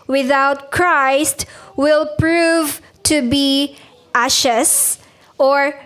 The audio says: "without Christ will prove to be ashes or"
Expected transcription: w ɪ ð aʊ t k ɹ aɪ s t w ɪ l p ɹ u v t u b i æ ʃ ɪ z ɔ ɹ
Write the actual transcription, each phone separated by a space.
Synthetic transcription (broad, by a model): w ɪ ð aʊ t k ɹ aɪ s t w ɪ l p ɹ u v t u b i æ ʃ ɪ s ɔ ɹ